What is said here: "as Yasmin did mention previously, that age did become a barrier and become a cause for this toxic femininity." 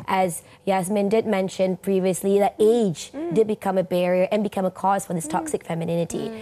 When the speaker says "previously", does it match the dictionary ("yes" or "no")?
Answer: yes